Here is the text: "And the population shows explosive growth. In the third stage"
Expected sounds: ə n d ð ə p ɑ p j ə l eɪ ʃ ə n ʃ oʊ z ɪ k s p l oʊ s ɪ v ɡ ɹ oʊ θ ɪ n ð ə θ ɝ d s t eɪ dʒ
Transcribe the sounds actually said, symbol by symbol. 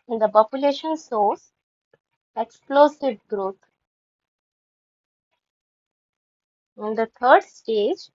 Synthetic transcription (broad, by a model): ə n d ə p ɑ p j ə l eɪ ʃ ə n s oʊ s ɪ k s p l oʊ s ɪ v ɡ ɹ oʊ t ɪ n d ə t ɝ d s t eɪ dʒ